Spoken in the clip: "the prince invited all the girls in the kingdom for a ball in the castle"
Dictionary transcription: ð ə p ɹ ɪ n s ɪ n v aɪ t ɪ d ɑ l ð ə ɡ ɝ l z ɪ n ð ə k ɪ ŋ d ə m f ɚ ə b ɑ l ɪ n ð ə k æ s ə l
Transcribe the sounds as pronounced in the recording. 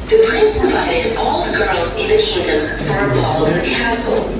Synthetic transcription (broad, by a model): ð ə p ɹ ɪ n s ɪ v aɪ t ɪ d ɑ l ð ə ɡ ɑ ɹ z ɪ n ð ə k ɪ ŋ d ə m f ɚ ə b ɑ l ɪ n ð ə k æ s l